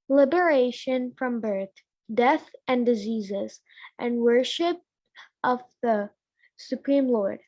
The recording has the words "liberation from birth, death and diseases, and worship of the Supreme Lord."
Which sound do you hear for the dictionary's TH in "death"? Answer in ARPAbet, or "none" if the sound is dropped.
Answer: TH